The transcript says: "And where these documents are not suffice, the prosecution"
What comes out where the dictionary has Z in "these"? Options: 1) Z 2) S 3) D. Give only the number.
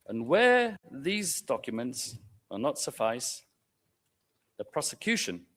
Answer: 1